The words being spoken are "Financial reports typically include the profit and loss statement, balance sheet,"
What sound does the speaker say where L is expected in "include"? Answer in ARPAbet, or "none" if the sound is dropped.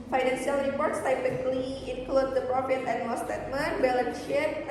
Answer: L